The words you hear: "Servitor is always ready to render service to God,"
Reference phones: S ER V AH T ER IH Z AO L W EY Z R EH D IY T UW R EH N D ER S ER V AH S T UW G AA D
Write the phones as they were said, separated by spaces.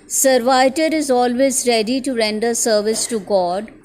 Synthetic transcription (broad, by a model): S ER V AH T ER IH Z AO L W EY Z R EH D IY T UW R EH N D ER S ER V AH S T UW G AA D